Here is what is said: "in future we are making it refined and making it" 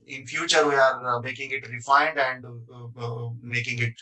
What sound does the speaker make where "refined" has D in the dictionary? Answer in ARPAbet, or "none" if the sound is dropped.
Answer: D